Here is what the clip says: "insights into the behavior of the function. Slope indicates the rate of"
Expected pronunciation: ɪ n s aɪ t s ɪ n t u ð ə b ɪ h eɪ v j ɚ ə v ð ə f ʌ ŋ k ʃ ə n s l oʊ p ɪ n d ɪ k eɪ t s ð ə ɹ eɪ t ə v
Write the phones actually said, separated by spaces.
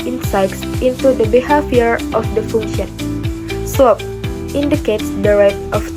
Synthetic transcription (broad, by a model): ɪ n s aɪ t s ɪ n t u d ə b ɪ h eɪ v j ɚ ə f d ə f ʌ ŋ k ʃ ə n s oʊ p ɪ n d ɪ k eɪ t s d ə ɹ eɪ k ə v